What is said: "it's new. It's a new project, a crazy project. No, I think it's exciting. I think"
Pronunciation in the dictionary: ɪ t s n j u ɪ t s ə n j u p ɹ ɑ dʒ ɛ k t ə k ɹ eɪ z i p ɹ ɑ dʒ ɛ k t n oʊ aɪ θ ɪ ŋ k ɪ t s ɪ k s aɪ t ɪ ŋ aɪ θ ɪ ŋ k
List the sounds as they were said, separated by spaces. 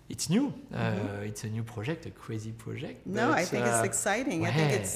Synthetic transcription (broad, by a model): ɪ t s n j u ɪ t s ə n j u p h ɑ ʒ ɛ k t ə k w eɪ z i p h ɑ ʒ ɛ k t n oʊ aɪ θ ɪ k ɪ t s ɪ k s aɪ t ɪ ŋ aɪ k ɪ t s